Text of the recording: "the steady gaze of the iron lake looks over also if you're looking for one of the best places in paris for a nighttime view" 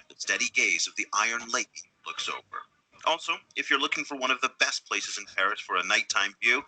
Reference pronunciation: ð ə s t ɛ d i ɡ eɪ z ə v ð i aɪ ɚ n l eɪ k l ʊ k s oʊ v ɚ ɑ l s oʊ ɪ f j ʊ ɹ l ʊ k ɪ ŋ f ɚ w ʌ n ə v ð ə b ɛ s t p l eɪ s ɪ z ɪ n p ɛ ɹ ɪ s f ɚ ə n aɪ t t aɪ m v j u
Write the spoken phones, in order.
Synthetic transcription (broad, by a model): ð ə s t ɛ d i ɡ eɪ z ə v ð i aɪ ɚ n l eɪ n l ʊ k s oʊ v ɚ ɑ l s oʊ ɪ f j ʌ ɹ l ʊ k ɪ ŋ f ɚ w ʌ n ə v ð ə b ɛ s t p l eɪ s ɪ z ɪ n p ɛ ɹ ɪ s f ɚ ə n aɪ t t aɪ m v j u